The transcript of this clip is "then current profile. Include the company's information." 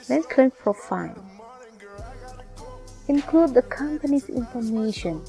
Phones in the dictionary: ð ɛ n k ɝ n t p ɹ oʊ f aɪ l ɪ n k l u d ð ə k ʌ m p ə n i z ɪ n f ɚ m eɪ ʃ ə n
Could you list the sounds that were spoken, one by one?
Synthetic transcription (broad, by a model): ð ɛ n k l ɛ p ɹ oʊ f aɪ n ɪ n k l u d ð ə k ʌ m p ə n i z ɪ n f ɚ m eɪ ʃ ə n